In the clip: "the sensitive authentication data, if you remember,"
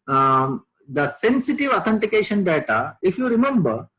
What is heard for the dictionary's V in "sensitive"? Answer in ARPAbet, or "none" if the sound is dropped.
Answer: V